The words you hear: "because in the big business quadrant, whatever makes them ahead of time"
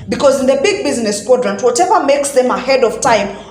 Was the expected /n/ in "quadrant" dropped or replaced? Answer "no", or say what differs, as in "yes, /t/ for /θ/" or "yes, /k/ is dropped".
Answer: no